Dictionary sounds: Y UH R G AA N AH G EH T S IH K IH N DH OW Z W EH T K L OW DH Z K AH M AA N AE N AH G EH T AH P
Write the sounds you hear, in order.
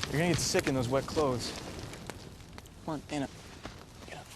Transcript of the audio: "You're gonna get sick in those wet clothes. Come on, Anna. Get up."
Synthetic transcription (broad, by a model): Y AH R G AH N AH G EH T S IH K IH N DH OW Z W EH T K L OW DH Z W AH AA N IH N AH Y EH